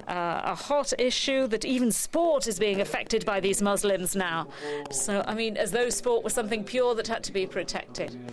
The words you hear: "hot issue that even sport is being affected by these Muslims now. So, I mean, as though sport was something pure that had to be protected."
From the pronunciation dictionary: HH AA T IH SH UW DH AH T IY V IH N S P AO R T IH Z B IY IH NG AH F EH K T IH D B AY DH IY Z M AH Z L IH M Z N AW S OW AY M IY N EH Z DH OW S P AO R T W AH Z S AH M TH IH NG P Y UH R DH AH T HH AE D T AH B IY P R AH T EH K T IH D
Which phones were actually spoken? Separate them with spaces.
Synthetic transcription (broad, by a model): HH AA T IH SH UW DH AH T IY V IH N S P AO R T IH Z B IY IH NG AH F EH K T IH D B AY DH IY Z M AH Z L IH M Z N AW S OW AY M IY N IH Z DH OW S P AO R T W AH S AH M TH IH NG P Y UH R DH AH T HH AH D T AH B IY P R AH T EH K T IH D